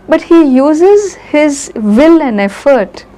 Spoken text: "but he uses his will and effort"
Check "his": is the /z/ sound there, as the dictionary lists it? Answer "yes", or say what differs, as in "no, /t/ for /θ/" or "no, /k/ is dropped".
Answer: yes